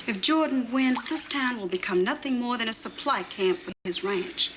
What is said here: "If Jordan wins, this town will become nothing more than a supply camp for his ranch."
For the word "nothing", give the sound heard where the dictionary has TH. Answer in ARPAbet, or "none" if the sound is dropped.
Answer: TH